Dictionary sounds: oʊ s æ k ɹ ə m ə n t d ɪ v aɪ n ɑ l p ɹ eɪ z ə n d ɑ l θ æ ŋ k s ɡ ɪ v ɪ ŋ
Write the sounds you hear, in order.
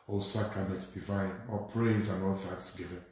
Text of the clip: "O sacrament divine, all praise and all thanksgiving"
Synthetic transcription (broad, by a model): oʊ s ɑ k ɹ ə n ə t d ɪ v aɪ n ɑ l p ɹ eɪ z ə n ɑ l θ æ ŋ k s ɡ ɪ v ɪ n